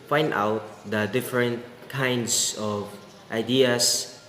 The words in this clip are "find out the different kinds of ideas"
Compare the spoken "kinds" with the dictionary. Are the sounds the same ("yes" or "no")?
no